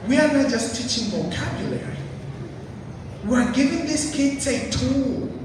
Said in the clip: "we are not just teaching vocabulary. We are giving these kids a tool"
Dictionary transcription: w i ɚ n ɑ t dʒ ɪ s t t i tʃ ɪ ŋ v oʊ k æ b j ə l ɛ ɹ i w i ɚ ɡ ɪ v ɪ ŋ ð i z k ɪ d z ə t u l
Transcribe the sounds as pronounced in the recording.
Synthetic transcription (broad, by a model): w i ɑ n ɑ t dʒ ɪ s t t i tʃ ɪ ŋ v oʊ k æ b j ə l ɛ ɹ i w i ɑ ɡ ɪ v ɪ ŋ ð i s k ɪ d s ə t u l